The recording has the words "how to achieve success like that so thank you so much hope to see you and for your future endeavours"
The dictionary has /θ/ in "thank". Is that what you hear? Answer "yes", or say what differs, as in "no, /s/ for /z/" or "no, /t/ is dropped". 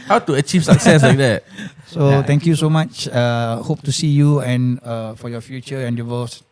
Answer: no, /t/ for /θ/